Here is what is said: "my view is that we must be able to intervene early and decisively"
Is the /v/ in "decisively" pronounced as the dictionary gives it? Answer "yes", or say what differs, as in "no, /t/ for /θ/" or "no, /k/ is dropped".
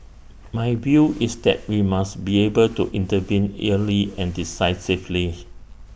no, /f/ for /v/